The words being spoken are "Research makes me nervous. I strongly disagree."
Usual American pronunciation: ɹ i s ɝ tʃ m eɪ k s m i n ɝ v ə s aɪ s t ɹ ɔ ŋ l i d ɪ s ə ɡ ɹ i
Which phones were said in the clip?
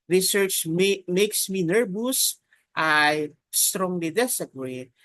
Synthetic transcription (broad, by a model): ɹ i s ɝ tʃ m eɪ k s m i n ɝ b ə s aɪ s t ɹ ɔ ŋ l i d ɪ s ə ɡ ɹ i